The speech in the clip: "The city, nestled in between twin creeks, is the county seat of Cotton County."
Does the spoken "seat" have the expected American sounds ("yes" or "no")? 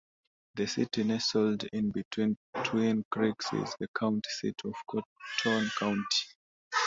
yes